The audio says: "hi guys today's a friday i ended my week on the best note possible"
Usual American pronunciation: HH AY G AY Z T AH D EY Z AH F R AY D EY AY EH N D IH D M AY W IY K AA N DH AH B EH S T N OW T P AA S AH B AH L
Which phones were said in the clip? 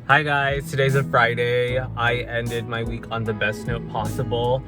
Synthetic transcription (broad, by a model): HH AY G AY Z T AH D EY Z AH F R AY D EY AY EH N D IH D M AY W IY K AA N DH AH B EH S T N OW T P AA S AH B L